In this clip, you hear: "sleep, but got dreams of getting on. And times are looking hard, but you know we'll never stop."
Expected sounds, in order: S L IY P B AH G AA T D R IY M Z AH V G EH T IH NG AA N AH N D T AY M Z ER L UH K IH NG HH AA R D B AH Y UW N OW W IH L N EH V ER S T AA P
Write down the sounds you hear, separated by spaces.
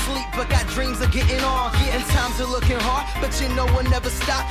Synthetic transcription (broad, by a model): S L IY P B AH G AA T D R IY M Z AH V G EH T IH NG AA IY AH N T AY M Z ER L UH K IH NG HH AA R D B AH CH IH N OW W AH N EH V ER S T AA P